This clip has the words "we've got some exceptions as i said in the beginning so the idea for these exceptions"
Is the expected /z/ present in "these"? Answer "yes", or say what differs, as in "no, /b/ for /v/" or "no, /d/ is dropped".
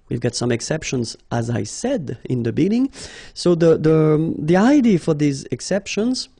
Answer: yes